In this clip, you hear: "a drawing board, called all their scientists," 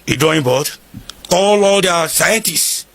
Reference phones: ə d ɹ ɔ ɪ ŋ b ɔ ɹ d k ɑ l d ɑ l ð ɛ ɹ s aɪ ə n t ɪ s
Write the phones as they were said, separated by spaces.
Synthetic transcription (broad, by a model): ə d ɔ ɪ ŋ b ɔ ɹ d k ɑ l ɑ l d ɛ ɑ s aɪ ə n t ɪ s